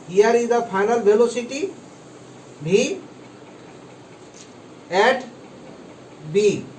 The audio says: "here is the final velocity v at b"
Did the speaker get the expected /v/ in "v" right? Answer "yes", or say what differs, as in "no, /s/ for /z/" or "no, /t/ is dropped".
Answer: no, /b/ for /v/